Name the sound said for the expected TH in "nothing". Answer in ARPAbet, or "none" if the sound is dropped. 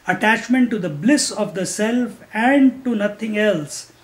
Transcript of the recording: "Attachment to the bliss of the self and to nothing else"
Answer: T